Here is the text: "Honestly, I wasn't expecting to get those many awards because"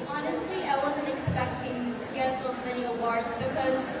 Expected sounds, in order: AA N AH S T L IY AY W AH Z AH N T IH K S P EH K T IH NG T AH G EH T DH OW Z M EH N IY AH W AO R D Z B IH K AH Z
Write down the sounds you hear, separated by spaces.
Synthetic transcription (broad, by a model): AA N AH S T L IY AY W AH Z AH N T IH K S P EH K T IH NG T AH G EH T DH OW Z M EH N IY AH W AO R D Z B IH K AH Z